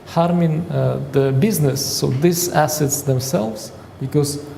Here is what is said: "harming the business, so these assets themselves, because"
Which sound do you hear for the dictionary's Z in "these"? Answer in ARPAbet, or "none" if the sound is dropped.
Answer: S